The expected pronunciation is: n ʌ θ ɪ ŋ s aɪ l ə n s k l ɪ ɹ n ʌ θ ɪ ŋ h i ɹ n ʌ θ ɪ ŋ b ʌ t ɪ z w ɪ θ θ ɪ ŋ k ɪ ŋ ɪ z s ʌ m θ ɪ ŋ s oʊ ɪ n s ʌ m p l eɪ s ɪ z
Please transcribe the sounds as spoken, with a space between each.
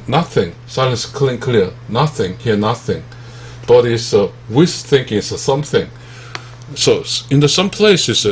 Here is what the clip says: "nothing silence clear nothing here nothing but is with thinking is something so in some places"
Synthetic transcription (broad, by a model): n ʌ θ ɪ ŋ s aɪ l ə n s k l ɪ l n ʌ θ ɪ ŋ h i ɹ n ʌ θ ɪ ŋ b ʌ t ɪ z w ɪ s θ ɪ ŋ k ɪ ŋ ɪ s ʌ m θ ɪ ŋ s oʊ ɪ n s ʌ m p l eɪ s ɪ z